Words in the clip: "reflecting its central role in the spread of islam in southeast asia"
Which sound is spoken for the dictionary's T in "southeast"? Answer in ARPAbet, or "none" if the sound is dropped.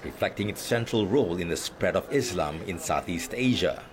T